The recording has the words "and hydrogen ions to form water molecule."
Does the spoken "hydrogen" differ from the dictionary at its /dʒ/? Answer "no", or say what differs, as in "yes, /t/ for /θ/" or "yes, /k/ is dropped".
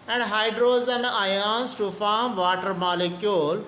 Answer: yes, /z/ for /dʒ/